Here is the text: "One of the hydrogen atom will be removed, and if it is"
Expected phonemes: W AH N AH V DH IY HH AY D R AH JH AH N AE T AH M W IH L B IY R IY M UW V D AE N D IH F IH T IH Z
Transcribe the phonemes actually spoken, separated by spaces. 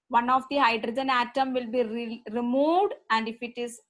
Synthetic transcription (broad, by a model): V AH N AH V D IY HH AY D R AH JH AH N AE T AH M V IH L B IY R IY M UW V D AE N D IH F IH T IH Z